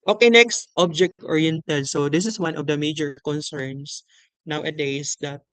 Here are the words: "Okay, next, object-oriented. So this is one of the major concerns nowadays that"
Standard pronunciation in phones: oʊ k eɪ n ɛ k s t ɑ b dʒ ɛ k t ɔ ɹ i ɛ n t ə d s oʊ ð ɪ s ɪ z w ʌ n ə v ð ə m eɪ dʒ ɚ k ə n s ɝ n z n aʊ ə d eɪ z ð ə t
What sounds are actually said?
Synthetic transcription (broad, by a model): oʊ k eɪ n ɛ k s t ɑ b dʒ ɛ k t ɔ ɹ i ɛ n t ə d s oʊ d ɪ s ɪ s w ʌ n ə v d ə m eɪ dʒ ɚ k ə n s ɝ n s n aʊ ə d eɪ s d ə t